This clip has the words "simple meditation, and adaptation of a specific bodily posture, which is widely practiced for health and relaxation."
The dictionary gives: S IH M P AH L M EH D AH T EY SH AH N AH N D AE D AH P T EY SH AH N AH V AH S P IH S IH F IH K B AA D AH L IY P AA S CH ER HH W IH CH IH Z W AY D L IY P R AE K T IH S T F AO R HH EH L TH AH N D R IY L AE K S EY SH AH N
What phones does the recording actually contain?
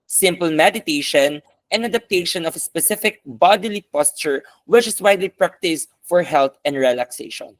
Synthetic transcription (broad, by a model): S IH M P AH L M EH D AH T EY SH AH N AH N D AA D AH P T EY SH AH N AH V AH S P IH S IH F IH K B AA D AH L IY P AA S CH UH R W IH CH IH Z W AY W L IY P R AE K T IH S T F AO R HH EH L T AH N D R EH L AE K S EY SH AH N